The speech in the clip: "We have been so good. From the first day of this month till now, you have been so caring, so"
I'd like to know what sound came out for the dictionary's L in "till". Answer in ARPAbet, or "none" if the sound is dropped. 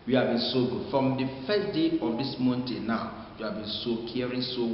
N